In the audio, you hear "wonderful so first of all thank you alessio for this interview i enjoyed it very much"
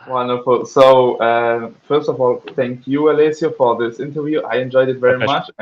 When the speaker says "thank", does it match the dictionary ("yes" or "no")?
yes